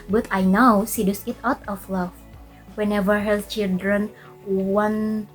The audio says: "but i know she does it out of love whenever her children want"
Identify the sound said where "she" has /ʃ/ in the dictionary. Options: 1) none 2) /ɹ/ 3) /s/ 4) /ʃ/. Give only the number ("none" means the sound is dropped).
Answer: 3